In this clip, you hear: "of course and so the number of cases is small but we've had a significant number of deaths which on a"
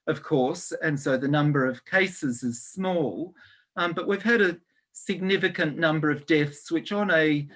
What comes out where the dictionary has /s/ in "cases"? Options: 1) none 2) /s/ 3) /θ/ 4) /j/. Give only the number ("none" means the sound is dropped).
2